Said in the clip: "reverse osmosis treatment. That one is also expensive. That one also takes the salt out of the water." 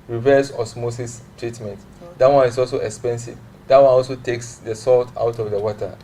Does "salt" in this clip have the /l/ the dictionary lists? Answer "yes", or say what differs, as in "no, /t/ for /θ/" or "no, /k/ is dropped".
yes